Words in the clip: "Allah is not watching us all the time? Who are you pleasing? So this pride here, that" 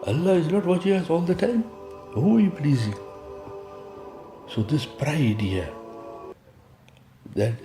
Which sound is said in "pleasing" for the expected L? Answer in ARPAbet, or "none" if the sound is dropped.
L